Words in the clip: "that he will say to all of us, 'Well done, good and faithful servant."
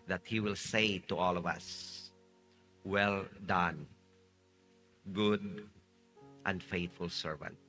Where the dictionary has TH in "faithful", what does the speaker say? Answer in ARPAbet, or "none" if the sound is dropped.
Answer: T